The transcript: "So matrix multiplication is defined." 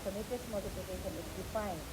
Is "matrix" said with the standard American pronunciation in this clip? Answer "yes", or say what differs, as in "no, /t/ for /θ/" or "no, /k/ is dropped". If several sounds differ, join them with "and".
no, /ɹ/ is dropped and /k/ is dropped